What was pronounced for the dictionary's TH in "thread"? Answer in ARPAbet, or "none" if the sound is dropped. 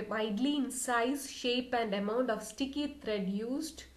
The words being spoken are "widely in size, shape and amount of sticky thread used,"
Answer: T